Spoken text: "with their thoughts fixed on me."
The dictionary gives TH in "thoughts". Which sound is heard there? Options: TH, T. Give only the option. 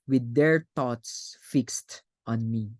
T